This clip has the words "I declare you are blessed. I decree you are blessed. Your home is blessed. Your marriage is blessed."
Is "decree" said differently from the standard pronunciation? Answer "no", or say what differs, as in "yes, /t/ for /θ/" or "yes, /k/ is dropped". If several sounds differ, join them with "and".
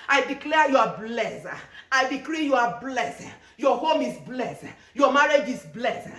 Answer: no